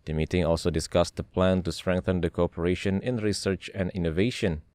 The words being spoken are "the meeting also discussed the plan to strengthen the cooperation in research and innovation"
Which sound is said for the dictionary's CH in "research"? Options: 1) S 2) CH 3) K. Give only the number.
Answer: 2